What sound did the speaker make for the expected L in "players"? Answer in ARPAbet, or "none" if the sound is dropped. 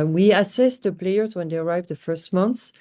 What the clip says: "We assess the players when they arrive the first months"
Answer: L